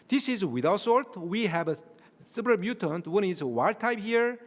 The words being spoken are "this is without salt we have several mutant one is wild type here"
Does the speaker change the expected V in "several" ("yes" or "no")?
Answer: yes